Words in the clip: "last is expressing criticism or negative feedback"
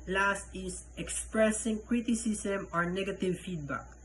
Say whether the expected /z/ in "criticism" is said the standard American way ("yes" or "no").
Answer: no